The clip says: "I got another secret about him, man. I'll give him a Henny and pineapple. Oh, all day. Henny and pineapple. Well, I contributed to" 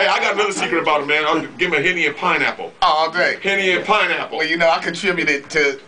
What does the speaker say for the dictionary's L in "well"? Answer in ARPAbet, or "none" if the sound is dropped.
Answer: N